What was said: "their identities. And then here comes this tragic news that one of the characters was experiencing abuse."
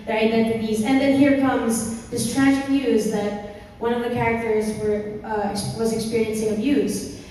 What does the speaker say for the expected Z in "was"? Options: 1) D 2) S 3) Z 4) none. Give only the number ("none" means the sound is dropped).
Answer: 3